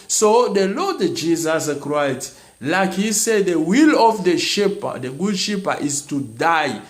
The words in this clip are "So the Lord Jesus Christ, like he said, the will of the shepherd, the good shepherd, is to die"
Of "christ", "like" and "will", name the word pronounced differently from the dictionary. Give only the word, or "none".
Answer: christ